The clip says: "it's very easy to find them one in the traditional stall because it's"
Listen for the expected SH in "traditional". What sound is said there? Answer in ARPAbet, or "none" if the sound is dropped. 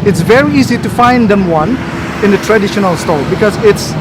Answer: SH